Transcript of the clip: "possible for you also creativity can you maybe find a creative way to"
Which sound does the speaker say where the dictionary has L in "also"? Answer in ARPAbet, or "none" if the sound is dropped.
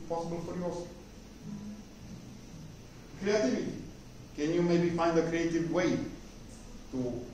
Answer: none